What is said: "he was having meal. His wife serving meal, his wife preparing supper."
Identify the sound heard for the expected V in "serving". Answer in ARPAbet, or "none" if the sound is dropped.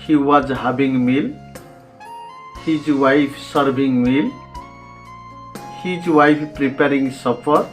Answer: B